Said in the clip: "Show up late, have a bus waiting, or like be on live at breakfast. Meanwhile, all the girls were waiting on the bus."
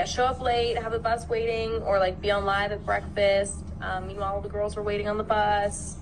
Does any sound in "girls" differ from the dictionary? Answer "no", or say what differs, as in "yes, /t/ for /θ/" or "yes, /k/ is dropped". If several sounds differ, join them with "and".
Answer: no